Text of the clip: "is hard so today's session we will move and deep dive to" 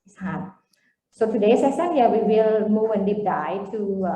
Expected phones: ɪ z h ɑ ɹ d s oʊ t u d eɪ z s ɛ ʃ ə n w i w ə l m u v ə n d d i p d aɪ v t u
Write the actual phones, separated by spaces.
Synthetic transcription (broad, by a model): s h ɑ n s oʊ t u d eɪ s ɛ s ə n w i w ə l m u v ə n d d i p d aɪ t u